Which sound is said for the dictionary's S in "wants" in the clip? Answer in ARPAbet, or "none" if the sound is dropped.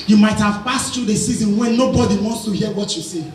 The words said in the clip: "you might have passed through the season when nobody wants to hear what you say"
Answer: S